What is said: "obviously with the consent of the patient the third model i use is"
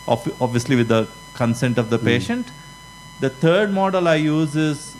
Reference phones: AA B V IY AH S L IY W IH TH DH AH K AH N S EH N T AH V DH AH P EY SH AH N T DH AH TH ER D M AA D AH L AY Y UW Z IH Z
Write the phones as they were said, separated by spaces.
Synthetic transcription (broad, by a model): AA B V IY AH S L IY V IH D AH K AH N S EH N T AH V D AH P EY SH AH N T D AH T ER D M AA D AH L AY Y UW Z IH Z